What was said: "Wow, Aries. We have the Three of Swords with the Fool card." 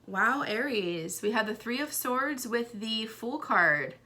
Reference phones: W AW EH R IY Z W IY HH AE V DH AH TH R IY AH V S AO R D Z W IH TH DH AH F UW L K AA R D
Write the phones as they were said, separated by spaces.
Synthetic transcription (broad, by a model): W AW EH R IY Z W IY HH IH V DH AH TH R IY AH V S AO R D Z W IH DH AH F UW L K AA R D